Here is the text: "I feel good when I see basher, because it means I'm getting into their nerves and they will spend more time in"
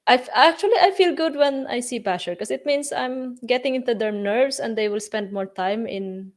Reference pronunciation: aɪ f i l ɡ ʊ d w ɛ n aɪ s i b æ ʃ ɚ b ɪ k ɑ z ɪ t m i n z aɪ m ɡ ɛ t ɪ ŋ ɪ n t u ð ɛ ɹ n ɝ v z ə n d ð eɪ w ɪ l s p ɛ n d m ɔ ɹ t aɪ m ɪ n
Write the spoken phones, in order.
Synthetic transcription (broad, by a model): aɪ f i l ɡ ʊ d w ɛ n aɪ s i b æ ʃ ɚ k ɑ s ɪ t m i n s aɪ m ɡ ɛ t ɪ ŋ ɪ n t u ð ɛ ɹ n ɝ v s ə n d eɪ w ɪ l s p ɛ n d m ɔ ɹ t aɪ m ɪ n